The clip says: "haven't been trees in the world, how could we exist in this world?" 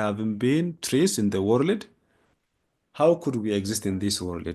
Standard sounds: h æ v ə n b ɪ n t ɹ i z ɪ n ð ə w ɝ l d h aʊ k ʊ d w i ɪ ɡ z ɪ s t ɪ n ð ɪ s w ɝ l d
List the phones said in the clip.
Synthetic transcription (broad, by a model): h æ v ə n b ɪ n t ɹ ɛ s ɪ n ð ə w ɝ l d h aʊ k ʊ d w i ɪ ɡ z ɪ s t ɪ n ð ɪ s w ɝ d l